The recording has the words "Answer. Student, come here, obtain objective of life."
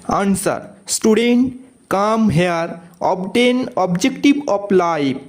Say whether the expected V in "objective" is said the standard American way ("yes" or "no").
no